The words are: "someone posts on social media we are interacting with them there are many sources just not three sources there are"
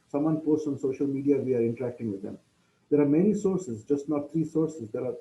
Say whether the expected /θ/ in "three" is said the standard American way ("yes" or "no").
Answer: no